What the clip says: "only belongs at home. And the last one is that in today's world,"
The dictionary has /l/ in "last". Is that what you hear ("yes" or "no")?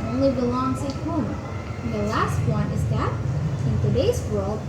yes